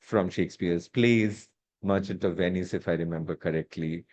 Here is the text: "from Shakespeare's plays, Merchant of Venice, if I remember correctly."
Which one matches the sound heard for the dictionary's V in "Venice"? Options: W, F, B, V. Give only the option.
V